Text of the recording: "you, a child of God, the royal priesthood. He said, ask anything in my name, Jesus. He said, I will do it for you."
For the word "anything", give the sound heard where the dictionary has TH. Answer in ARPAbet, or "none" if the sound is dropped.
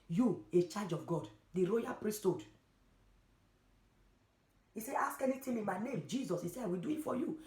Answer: T